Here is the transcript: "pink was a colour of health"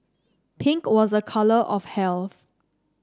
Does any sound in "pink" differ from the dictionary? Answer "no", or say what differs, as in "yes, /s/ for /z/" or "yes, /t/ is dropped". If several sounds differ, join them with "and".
no